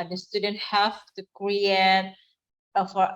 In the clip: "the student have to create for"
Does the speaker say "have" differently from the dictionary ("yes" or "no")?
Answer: yes